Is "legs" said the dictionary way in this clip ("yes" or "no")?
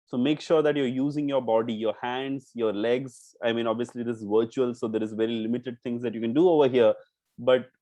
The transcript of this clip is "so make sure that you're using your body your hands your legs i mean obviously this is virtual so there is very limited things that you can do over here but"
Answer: yes